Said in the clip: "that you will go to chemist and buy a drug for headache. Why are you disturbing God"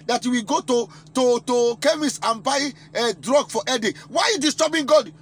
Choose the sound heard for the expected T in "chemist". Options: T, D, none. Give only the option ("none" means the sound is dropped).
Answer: none